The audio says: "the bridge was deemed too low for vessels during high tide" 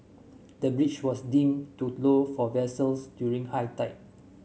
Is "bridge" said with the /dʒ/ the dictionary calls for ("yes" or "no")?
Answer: no